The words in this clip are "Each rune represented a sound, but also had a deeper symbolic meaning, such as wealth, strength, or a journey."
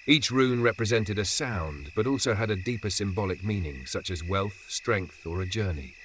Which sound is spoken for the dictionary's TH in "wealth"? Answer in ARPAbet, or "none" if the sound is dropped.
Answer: TH